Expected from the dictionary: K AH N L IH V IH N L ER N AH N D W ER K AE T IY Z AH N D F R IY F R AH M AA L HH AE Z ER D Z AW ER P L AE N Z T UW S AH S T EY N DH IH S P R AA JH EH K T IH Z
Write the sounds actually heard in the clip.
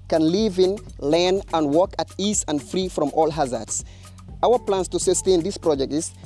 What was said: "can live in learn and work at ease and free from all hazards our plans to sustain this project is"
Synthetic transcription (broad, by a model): K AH N L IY V IH N L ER N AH N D W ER K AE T IY S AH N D F R IY F R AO M AA L HH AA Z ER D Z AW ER P L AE N S T UW S AH S T EY N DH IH S P R AA JH EH K T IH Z